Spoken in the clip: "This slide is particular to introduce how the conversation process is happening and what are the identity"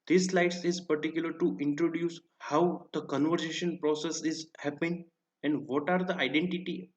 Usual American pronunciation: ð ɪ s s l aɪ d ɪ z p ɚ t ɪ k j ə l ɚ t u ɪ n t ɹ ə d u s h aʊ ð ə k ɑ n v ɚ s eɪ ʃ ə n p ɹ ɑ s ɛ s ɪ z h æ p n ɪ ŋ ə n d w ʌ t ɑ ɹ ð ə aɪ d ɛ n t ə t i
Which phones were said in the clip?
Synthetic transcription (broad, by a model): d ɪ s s l aɪ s ɪ z p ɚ t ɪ k j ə l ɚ t u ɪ n t ɹ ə d u s h aʊ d ə k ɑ n v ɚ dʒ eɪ ʃ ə n p ɹ ɑ s ɛ s ɪ z h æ p ɪ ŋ ə n d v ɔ t ɑ ɹ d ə aɪ d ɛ n t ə t i